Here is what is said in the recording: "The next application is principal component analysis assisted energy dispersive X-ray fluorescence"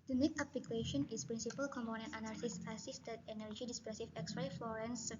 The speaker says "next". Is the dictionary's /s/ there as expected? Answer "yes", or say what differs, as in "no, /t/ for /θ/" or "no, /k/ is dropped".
no, /s/ is dropped